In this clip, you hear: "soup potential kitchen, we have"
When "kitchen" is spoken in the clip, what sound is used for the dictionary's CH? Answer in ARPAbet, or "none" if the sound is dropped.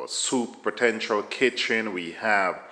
CH